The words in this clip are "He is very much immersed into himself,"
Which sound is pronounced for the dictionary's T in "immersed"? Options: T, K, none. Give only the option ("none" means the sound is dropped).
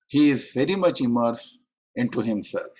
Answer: none